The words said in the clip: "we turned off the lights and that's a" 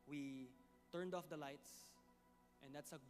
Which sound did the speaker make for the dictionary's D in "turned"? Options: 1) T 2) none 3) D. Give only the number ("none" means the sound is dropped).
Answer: 3